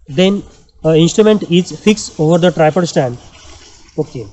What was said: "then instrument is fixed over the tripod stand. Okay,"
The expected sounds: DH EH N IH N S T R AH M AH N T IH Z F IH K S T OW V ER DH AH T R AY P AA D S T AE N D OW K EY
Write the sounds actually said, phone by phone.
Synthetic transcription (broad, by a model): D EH N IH N S T R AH M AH N T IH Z F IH K S OW V ER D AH T R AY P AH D S T AE N D OW K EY